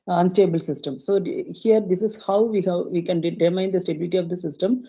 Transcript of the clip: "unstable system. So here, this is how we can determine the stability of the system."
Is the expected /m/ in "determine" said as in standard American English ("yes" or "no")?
no